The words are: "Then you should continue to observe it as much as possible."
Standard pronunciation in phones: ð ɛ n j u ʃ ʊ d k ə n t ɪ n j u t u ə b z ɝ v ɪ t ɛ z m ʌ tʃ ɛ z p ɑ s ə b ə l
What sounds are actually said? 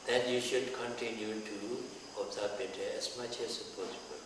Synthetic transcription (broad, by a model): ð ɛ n j u ʃ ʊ d k ə n t ɪ n j u t u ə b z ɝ p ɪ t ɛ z m ʌ tʃ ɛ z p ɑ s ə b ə l